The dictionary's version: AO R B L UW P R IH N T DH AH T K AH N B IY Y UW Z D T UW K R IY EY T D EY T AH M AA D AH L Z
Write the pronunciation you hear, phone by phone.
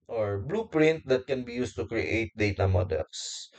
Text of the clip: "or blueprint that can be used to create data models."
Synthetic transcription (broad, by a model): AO R B L UW P R IH N T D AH T K AH N B IY Y UW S T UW K R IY EY T D EY T AH M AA D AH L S